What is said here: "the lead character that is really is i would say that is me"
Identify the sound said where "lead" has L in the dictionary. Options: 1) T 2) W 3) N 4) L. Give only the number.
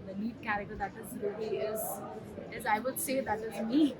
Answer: 3